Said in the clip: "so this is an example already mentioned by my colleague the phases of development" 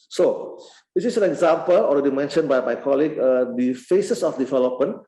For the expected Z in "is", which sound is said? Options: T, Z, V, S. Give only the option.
S